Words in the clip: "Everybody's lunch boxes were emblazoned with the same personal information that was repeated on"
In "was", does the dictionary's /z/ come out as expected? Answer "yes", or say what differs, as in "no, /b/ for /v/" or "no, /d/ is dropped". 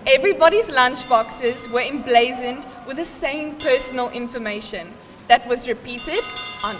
yes